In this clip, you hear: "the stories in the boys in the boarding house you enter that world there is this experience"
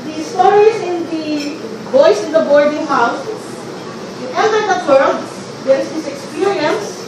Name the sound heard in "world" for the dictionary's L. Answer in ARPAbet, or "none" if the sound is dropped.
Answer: none